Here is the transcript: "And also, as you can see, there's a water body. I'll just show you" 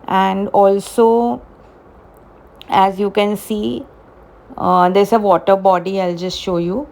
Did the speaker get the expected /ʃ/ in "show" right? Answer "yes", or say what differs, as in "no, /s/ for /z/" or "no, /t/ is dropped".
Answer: yes